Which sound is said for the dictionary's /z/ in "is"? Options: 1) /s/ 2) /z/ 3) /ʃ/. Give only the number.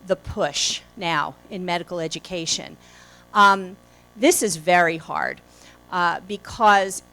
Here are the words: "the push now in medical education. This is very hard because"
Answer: 2